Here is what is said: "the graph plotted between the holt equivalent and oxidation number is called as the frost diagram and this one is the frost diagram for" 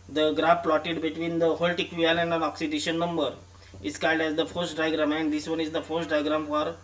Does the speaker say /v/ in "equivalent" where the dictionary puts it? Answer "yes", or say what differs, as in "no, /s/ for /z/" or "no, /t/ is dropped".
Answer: no, /v/ is dropped